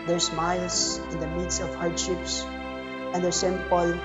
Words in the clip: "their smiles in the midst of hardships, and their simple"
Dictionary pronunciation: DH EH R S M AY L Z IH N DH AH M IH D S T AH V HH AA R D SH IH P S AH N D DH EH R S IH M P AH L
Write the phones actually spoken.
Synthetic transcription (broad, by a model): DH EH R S M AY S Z IH N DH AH M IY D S AH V HH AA R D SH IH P S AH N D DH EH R S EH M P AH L